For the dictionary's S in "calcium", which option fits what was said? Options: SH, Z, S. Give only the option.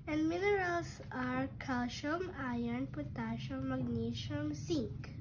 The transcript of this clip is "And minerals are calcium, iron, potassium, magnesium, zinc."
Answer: SH